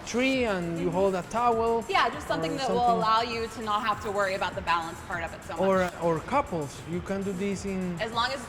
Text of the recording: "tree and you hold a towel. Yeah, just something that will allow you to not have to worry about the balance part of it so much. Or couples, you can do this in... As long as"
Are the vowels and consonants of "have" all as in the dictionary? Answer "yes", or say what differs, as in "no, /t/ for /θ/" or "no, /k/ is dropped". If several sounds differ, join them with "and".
no, /f/ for /v/